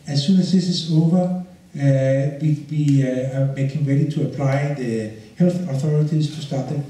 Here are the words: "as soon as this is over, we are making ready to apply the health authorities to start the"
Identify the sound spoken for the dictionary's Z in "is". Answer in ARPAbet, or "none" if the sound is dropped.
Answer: S